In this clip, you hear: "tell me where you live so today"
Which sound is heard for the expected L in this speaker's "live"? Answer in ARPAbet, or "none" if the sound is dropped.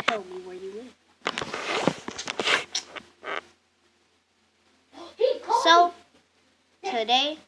W